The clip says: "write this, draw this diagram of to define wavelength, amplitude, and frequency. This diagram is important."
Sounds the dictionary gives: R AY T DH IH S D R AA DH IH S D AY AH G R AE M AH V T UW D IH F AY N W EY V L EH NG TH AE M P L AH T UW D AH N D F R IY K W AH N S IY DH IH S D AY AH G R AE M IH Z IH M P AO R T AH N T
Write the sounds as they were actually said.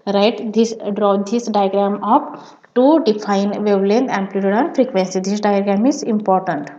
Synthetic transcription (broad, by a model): R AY T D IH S D R AA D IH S D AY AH G R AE M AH P T UW D IH F AY N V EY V L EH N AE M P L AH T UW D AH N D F R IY K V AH N S IY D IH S D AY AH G R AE M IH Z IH M P AO R T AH N T